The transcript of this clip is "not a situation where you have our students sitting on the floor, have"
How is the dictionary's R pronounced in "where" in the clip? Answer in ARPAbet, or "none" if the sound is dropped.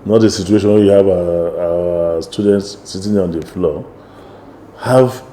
W